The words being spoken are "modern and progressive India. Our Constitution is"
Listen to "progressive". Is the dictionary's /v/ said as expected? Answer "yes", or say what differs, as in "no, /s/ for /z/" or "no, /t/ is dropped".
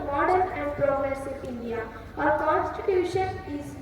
no, /v/ is dropped